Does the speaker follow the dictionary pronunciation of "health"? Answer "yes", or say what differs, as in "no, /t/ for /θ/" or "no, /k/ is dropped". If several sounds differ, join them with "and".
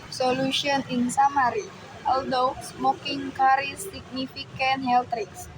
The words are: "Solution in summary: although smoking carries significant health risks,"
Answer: no, /t/ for /θ/